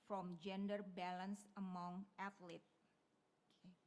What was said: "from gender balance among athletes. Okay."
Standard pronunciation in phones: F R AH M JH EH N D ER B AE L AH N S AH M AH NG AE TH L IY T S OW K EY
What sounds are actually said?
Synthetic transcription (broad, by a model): F R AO M JH EH N D ER B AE L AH N S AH M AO NG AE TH L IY T OW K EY